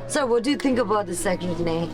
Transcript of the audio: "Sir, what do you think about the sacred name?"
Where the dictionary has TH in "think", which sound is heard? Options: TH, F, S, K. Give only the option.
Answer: TH